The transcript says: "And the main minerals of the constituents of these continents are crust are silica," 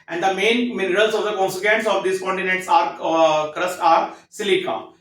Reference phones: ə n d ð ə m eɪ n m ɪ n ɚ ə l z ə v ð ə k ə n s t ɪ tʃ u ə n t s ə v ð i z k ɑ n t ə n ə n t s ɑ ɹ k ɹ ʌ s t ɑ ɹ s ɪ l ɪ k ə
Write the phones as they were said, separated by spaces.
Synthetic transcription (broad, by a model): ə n d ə m eɪ n m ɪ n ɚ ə l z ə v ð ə k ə n s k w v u n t s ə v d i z k ɑ n t ə n ə n t s ɑ ɹ k ɹ ʌ s t ɑ ɹ s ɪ l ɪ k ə